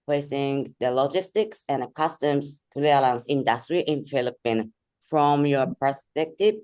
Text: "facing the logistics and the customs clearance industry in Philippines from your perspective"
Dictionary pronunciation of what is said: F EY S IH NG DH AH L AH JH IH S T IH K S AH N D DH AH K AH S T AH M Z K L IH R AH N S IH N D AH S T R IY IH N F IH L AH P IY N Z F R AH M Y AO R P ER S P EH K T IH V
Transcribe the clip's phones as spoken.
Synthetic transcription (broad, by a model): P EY S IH NG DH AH L AH JH IH S T IH K S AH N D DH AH K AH S T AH M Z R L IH L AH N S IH N D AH S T R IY IH N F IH L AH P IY N F R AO M Y AO R P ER S P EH K T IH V